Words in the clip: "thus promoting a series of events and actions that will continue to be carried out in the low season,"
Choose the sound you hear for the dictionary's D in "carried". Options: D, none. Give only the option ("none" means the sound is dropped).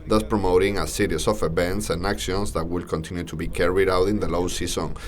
D